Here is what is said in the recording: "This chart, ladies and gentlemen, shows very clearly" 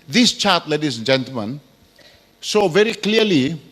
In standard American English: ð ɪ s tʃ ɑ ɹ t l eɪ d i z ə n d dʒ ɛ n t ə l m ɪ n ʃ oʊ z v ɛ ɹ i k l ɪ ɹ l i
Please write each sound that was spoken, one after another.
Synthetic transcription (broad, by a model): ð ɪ s tʃ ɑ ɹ t l eɪ d i z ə n dʒ ɛ n t ə l m ɪ n s oʊ v ɛ ɹ i k l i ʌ l i